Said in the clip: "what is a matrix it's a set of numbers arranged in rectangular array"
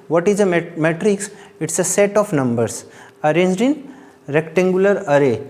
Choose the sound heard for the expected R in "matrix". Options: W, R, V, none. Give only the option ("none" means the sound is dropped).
R